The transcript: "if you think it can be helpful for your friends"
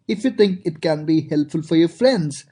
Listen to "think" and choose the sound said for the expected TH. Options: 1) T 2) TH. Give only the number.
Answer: 1